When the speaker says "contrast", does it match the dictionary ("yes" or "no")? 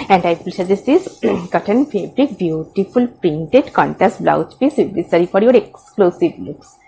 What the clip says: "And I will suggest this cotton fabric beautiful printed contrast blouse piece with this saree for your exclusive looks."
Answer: no